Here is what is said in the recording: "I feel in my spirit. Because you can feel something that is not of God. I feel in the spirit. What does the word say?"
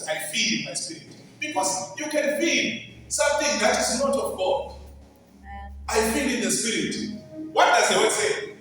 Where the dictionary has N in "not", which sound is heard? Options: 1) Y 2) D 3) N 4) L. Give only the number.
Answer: 3